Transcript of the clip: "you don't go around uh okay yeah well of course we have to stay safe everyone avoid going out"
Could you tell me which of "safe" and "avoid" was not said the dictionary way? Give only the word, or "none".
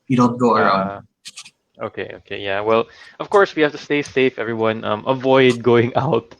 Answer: none